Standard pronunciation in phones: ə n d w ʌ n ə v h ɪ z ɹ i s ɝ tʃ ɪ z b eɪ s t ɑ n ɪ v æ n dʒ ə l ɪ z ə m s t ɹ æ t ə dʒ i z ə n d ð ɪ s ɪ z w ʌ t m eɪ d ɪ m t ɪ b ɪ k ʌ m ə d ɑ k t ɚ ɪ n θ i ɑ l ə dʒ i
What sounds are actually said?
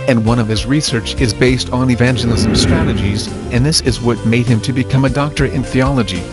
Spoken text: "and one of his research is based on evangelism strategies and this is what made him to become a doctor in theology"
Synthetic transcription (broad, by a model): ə n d w ʌ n ə v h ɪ z ɹ i s ɝ tʃ ɪ z b eɪ s t n ɪ v æ n dʒ ə l ɪ z ə m s t ɹ æ t ə dʒ i z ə n ð ɪ s ɪ z w ʌ t m eɪ d ɪ m t ɪ b ɪ k ʌ m ə d ɑ k t ɚ ɪ n θ i ɑ l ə dʒ i